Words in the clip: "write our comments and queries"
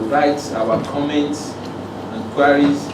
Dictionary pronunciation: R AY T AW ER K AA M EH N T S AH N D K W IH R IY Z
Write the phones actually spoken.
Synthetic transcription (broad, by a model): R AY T AW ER K AA M EH N T S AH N K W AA R IY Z